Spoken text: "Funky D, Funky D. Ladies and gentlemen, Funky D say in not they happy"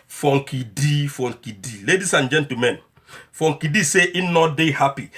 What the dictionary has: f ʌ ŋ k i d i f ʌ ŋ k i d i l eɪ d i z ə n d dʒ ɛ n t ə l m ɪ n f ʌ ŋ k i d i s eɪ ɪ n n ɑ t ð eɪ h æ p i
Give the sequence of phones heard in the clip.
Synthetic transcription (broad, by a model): f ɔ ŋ k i d i f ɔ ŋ k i d i l eɪ d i s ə n dʒ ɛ n t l m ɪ n f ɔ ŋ k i d i s eɪ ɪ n n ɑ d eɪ h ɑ p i